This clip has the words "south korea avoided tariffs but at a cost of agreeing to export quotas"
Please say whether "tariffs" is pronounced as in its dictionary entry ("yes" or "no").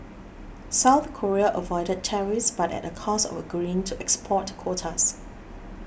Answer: no